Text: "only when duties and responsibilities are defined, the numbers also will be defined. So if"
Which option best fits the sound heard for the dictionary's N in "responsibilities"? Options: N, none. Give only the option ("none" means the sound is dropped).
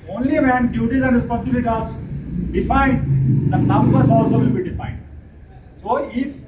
none